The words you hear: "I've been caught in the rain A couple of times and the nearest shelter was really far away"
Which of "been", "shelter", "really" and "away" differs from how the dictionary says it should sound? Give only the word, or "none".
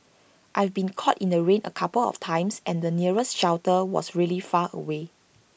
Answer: shelter